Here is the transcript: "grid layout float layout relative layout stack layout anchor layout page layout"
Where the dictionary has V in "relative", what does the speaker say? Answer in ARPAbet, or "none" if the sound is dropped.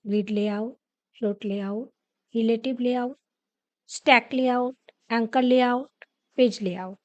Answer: B